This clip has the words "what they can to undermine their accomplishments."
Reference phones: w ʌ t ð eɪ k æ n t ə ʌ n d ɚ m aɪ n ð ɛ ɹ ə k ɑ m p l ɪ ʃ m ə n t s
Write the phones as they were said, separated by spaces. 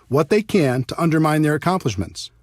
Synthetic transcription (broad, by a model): w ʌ t ð eɪ k æ n t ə ʌ n d ɚ m aɪ n ð ɛ ɹ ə k ɑ m p l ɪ ʃ m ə n t s